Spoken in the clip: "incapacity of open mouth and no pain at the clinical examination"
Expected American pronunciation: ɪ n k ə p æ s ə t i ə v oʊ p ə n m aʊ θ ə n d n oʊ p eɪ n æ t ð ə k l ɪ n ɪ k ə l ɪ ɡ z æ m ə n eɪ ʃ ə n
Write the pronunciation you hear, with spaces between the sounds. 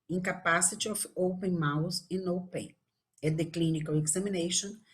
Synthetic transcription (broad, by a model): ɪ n k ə p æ s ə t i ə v oʊ p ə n m aʊ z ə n n oʊ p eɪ ɛ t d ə k l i n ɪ k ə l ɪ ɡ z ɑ m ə n eɪ ʃ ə n